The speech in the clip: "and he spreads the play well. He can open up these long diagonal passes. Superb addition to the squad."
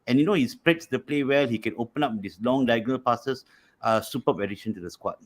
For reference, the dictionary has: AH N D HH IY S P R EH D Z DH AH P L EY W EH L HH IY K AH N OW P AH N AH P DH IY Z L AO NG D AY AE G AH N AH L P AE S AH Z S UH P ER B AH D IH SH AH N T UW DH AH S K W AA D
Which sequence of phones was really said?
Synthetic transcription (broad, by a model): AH N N HH IY S P R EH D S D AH P L EY W EH L HH IY K AH N OW P AH N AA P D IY S L AO NG D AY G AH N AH L P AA S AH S S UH P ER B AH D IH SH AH N T UW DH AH S K W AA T